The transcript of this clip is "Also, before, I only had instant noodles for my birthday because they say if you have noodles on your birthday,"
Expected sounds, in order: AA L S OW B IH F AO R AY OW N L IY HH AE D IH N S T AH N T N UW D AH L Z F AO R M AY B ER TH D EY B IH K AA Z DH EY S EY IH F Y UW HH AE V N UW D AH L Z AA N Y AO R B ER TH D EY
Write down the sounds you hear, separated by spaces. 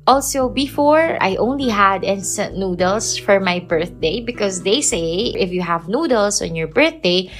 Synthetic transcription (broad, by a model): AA L S OW B IH F AO R AY OW N L IY HH AE D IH N S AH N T N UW D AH L S F AO R M AY B ER TH D EY B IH K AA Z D EY S EY IH F Y UW HH AE V N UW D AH L S AA N Y AO R B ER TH D EY